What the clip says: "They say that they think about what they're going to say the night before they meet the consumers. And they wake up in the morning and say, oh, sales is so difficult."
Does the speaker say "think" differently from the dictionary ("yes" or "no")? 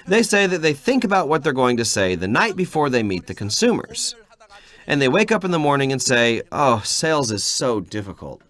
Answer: no